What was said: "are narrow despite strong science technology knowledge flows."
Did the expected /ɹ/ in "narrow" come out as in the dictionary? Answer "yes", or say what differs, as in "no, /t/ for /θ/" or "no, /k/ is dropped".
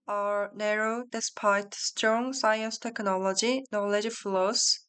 yes